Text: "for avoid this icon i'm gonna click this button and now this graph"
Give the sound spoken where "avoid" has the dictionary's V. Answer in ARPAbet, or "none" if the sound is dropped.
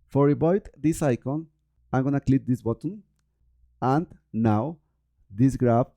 B